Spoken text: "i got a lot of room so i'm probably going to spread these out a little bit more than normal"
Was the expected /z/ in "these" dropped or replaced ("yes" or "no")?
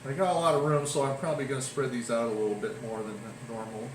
no